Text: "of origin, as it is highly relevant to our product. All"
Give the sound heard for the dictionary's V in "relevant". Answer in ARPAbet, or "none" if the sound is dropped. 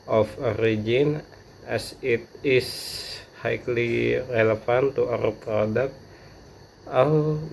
F